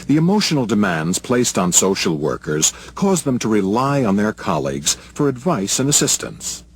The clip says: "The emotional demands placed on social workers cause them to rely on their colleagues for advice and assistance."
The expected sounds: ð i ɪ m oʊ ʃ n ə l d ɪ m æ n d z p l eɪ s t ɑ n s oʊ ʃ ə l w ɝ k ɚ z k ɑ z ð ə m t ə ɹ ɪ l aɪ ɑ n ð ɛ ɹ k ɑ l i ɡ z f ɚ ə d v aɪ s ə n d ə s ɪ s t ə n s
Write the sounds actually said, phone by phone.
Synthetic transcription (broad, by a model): ð i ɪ m oʊ ʃ n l d ɪ m æ n d z p l eɪ s t n s oʊ ʃ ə l w ɝ k ɚ z k ɑ z ð ə m t ə ɹ ɪ l aɪ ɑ n ð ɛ ɹ k ɑ l i ɡ z f ɚ ə d v aɪ s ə n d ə s ɪ s t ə n s